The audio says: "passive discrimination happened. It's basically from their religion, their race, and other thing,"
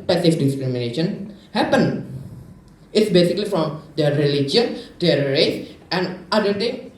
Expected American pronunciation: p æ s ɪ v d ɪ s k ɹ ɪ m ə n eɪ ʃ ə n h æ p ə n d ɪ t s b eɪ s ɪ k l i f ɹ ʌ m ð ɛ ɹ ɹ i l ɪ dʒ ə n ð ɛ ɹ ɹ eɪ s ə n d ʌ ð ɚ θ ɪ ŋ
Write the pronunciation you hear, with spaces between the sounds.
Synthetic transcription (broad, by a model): p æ s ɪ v d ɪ s k ɹ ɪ m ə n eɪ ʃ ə n h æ p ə n ɪ t s b eɪ s ɪ k l i f ɹ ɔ m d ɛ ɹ ɹ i l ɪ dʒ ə n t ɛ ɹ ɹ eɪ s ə n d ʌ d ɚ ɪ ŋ